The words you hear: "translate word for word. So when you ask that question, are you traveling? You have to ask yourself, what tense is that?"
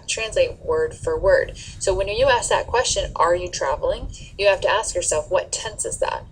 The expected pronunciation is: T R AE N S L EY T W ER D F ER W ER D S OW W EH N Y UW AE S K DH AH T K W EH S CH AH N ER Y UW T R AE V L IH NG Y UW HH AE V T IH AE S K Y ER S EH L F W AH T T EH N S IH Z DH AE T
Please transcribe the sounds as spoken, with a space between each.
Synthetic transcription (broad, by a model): T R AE N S L EY T W ER D F ER W ER D S OW W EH N Y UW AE S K DH AH T K W EH S CH AH N ER Y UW T R AE V L IH NG Y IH HH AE F T IH AE S K Y ER S EH L F W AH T T EH N S IH Z DH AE T